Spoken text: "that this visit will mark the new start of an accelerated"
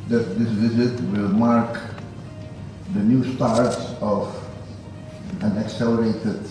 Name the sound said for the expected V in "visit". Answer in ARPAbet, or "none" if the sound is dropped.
V